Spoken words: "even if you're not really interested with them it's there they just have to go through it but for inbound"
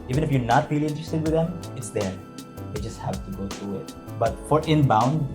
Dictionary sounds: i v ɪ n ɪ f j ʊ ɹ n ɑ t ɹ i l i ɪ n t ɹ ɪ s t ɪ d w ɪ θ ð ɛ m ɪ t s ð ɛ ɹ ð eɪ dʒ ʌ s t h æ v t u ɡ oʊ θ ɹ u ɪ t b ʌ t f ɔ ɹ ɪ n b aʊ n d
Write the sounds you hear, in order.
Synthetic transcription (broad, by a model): i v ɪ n ɪ f j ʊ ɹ n ɑ t ɹ i l i ɪ n t ɹ ɪ s t ɪ d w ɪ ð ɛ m ɪ t s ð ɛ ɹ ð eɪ dʒ ʌ s t h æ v t u ɡ oʊ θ ɹ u ɪ t b ʌ t f ɔ ɹ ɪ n b aʊ n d